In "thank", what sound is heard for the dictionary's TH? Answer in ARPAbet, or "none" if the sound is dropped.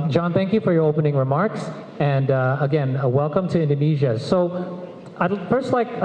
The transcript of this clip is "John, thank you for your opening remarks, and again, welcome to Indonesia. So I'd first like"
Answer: TH